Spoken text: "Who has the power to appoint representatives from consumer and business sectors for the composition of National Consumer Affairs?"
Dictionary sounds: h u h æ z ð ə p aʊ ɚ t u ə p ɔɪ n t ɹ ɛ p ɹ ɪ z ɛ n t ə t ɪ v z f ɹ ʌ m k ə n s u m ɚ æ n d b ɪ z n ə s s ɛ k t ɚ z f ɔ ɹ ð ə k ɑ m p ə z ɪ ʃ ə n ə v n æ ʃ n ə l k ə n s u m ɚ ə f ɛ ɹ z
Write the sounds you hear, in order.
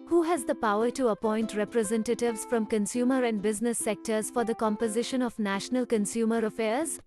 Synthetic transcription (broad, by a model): h u h æ z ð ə p aʊ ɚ t u ə p ɔɪ n t ɹ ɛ p ɹ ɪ z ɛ n t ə t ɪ v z f ɹ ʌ m k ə n s u m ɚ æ n d b ɪ z n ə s s ɛ k t ɚ z f ɔ ɹ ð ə k ɑ m p ə z ɪ ʃ ə n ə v n æ ʃ n ə l k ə n s u m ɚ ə f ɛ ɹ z